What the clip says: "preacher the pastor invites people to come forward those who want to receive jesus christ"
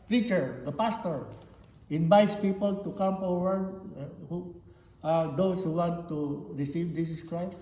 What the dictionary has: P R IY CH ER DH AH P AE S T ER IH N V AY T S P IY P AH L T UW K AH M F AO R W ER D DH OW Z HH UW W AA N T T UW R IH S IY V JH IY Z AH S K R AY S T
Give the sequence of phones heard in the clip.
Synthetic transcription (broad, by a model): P R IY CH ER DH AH P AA S T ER IH N V AY T S P IY P AH L T UW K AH M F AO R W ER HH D OW S HH UW W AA N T T UW R IH S IY V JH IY S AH S K R AY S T